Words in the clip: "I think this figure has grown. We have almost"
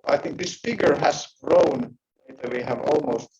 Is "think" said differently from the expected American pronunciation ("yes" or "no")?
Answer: no